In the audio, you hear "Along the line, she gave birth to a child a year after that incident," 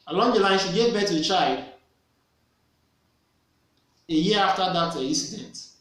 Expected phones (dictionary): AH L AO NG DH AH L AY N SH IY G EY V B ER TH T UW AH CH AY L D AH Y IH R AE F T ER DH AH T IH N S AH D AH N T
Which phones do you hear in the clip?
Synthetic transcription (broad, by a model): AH L AO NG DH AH L AY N SH IY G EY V B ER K T UW AH CH AY L D AH Y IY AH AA F T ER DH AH T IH N S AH D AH N T